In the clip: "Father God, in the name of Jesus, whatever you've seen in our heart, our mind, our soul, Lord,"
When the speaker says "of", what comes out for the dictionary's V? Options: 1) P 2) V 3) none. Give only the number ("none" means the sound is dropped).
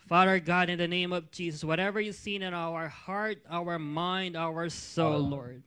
2